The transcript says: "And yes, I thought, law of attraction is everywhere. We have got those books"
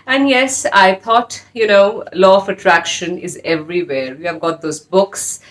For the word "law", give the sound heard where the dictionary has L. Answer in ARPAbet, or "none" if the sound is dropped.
N